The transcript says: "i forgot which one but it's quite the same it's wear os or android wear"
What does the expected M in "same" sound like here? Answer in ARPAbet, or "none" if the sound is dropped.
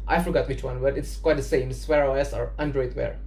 none